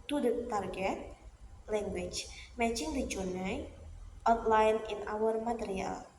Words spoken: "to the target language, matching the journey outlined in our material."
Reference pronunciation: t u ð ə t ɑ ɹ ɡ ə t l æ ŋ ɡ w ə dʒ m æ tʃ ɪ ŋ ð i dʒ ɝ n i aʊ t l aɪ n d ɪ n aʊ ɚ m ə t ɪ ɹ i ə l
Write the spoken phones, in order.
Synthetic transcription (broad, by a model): t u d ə t ɑ ɹ ɡ ə t l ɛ ŋ ɡ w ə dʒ m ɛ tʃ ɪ ŋ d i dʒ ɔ n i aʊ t l aɪ n ɪ n aʊ ɚ m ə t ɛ ɹ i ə l